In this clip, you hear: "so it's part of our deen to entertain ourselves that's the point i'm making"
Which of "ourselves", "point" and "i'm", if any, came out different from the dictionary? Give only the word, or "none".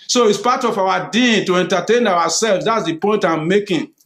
ourselves